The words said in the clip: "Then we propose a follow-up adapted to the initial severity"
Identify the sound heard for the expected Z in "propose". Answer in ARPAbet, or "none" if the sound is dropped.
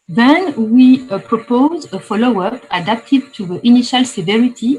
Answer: Z